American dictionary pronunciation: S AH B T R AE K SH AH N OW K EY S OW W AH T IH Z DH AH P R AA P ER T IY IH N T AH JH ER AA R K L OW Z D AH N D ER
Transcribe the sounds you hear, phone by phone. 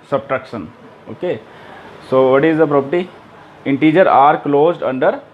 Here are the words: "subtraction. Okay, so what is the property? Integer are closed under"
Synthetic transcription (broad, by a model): S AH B T R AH K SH AH N OW K EY S OW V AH T IH Z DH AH P R AA P ER T IY IH N T AH JH ER AA R K L OW Z D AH N D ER